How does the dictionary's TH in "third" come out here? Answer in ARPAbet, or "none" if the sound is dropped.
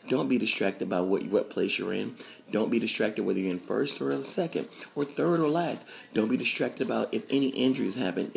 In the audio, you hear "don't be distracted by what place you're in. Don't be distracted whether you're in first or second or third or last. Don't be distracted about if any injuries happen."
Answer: TH